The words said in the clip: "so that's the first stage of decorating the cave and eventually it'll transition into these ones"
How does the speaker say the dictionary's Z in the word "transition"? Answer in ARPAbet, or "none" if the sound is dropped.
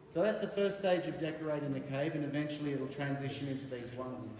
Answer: Z